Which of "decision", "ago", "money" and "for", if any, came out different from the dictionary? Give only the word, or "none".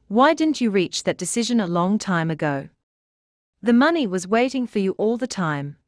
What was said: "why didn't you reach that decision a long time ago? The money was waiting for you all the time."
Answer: none